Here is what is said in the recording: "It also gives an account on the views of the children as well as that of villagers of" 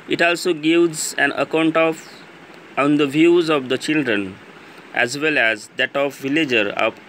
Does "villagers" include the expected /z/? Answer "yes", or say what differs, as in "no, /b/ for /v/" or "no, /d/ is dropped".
no, /z/ is dropped